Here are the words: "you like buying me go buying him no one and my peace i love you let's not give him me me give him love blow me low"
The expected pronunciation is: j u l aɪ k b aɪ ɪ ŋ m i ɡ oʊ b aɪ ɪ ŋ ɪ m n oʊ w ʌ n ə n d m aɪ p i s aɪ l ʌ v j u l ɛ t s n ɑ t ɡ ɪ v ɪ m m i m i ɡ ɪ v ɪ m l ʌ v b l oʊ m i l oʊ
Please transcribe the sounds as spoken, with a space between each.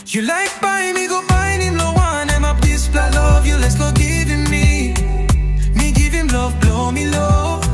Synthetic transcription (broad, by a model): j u l aɪ k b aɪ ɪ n m i ɡ oʊ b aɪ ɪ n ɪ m l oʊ w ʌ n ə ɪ m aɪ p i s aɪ l ʌ v j u l ɛ t s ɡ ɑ ɡ ɪ v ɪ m m i m i ɡ ɪ v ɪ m l ʌ v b l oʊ m i l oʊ